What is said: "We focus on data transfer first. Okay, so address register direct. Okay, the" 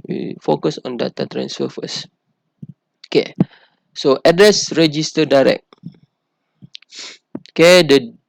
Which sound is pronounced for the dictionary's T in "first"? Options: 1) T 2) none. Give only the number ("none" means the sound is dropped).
2